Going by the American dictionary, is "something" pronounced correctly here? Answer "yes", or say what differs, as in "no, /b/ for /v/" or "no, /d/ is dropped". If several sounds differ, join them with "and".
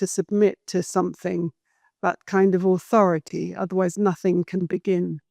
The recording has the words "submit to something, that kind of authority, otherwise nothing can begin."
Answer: yes